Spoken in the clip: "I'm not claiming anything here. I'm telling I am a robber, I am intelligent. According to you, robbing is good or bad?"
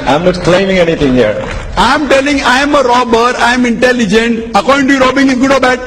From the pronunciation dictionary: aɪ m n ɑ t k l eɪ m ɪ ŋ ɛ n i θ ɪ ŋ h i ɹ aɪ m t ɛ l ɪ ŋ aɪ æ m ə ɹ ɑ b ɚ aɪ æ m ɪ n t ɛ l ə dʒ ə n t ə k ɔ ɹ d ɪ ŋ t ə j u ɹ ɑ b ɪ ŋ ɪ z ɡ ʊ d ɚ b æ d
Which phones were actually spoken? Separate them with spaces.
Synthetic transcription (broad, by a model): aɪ m n ɑ t k l eɪ m ɪ ŋ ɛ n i t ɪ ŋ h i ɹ aɪ m t ɛ l ɪ ŋ aɪ m ə ɹ ɑ b ɚ aɪ m ɪ n t ɛ l ə dʒ ə n t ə k ɔ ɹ d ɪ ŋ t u ɹ ɑ b ɪ ŋ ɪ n ɡ ʊ d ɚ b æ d